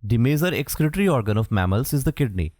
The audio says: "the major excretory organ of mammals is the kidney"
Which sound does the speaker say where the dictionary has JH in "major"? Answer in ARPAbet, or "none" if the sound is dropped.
Z